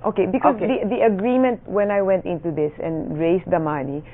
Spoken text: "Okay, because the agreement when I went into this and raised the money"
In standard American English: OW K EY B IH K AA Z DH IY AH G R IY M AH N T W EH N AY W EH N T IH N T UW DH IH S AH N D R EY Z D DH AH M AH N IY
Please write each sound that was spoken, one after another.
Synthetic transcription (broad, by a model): OW K EY B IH K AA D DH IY AH G R IY M AH N T W EH N AY W EH N T IH N T UW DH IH S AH N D R EY S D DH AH M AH N IY